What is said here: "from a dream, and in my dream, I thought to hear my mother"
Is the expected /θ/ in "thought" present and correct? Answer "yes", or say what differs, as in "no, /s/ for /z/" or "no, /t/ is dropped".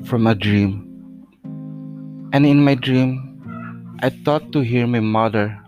no, /t/ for /θ/